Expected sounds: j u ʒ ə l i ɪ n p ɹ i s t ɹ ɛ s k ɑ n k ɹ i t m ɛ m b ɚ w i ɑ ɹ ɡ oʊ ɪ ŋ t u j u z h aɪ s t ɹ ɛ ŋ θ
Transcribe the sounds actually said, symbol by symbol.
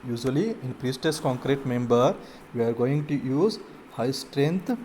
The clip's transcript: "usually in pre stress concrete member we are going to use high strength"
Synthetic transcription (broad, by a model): j u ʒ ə l i ɪ n p ɹ i s t ʌ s k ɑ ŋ k ɹ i t m ɛ m b ɚ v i ɑ ɹ ɡ oʊ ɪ ŋ t u j u z h aɪ s t ɹ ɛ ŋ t